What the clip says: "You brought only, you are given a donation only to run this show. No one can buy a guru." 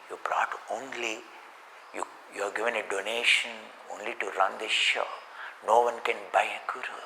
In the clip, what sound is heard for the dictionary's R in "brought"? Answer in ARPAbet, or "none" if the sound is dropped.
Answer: R